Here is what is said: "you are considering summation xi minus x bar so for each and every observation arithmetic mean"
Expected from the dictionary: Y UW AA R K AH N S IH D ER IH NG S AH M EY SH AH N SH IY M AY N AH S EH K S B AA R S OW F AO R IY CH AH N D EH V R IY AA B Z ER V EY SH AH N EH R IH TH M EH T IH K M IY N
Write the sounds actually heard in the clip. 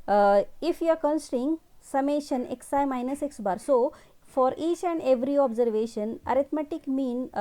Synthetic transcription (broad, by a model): Y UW AA R K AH N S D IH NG S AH M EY SH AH N S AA M AY N AH S EH K S B AA R S OW F AO R IY CH AH N D EH V R IY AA B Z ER V EY SH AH N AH R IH T M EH T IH K M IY N